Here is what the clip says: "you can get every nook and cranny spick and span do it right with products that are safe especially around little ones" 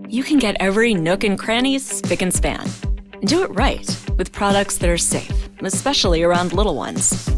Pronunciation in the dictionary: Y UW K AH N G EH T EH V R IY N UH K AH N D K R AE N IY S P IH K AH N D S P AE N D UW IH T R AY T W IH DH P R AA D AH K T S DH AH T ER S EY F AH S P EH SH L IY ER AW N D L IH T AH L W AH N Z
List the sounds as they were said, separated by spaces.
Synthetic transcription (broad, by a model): Y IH K AH N G EH T EH V R IY N UH K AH N K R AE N IY S P IH K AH N S P AE N D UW IH T R AY T W IH DH P R AA D AH K T S DH AH T ER S EY F AH S P EH SH L IY ER AW N D L IH T L W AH N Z